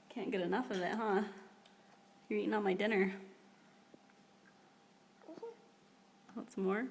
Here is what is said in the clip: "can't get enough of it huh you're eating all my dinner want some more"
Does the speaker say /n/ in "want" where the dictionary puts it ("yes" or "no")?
no